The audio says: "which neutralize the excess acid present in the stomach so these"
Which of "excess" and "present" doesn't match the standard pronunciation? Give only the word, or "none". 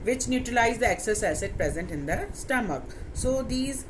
none